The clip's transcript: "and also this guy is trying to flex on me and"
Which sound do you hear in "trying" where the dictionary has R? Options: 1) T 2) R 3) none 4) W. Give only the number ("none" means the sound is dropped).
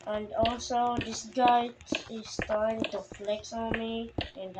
3